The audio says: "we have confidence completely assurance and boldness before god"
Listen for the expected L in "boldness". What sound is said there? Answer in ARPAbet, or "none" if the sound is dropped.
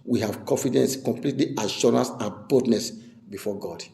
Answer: none